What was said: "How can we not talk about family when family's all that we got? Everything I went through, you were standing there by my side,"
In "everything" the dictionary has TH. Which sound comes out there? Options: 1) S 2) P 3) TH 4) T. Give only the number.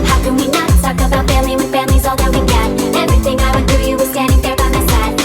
3